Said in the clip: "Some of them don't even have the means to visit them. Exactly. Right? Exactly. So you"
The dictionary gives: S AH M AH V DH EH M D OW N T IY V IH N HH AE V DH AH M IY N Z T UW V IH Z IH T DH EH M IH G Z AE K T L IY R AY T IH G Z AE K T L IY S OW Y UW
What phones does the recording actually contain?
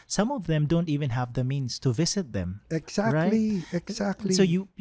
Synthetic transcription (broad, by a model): S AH M AH V DH EH M D OW N T IY V IH N HH AE V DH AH M IY N S T UW V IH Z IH T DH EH M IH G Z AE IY R AY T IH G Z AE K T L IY S OW Y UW